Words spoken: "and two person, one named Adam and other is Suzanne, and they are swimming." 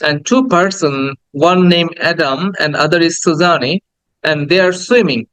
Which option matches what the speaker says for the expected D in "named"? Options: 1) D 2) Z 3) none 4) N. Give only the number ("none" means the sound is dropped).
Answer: 3